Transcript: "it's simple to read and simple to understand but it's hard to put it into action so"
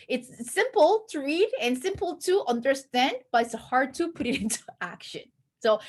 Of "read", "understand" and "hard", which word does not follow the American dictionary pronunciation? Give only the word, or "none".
none